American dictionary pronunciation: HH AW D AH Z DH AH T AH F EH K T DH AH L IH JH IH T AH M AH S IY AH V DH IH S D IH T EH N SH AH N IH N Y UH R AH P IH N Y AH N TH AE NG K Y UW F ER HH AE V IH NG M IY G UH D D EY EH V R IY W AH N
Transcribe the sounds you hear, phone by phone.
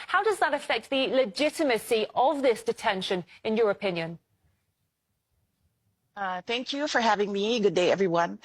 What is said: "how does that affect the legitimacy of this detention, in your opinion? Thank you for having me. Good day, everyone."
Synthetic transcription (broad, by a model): HH AW D AH Z DH AH T AH F EH K T DH AH L IH JH IH T AH M AH S IY AH V DH IH S D IH T EH N SH AH N IH N Y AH R AH P IH N Y AH N TH AE NG K Y UW F ER HH AE V IH NG M IY G UH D D EY EH V R IY W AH N